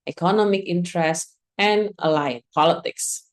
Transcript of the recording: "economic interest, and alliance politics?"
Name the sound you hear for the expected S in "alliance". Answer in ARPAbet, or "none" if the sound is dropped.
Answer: none